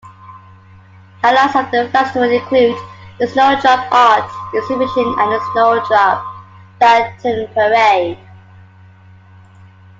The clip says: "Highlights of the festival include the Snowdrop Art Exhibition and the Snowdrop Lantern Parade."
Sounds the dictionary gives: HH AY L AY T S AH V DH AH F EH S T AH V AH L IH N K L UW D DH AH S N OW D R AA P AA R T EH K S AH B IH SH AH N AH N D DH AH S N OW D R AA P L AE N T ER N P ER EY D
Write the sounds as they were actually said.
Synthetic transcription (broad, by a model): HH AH L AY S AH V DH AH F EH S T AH W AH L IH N K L UW D DH AH S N OW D R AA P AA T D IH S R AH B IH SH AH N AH N DH AH S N OW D R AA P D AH T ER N P ER EY D